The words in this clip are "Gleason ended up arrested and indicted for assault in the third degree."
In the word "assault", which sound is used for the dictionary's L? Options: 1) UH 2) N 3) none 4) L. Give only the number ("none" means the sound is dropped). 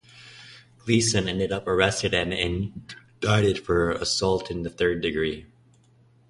4